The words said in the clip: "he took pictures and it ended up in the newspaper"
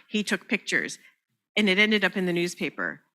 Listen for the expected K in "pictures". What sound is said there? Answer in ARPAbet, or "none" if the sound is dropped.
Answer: K